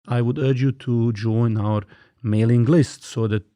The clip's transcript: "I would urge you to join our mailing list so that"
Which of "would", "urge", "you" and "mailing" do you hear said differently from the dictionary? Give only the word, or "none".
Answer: none